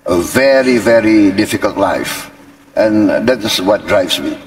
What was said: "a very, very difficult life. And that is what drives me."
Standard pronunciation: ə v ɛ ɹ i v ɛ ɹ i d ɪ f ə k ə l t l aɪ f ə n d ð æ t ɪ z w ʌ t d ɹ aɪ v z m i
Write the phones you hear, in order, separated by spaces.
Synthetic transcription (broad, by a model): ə v ɛ ɹ i v ɛ ɹ i d ɪ f ə k ə l t l aɪ f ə n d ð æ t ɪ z w ʌ t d ɹ aɪ v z m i